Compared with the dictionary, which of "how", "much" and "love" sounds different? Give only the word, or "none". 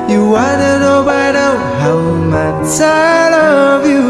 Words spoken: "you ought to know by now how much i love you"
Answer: much